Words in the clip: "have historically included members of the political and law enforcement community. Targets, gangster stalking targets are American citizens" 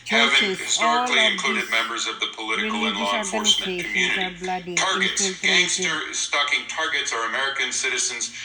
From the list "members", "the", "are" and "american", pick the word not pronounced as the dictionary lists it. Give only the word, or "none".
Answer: none